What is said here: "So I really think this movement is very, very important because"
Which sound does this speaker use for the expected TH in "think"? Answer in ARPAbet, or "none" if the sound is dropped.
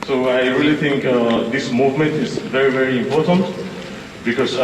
T